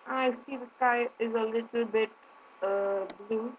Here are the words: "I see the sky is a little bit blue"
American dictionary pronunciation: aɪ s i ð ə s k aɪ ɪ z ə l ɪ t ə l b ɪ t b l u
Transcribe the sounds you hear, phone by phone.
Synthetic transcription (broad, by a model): aɪ s i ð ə s k aɪ ɪ z ə l ɪ t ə l b ɪ t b l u